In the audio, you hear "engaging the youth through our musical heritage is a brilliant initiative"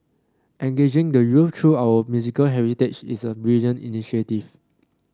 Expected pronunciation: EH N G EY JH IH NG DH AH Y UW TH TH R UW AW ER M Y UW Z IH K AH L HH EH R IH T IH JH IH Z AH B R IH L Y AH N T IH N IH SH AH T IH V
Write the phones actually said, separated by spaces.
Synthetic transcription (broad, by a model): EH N G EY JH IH NG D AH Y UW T R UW AW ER M Y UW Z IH K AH L HH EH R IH T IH CH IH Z AH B R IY L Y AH N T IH N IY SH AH T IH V